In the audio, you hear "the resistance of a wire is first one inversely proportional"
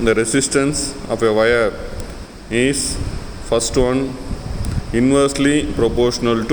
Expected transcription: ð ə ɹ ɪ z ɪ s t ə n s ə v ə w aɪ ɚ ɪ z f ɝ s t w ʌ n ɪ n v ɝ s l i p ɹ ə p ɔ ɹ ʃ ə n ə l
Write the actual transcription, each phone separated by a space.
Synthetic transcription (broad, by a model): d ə ɹ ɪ s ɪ s t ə n s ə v ə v aɪ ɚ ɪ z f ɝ s t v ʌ n ɪ n v ɝ s l i p ɹ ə p ɔ ɹ ʃ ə n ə l